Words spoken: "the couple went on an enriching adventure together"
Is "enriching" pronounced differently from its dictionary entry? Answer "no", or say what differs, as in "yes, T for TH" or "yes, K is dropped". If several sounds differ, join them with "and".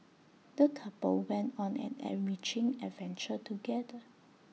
yes, N is dropped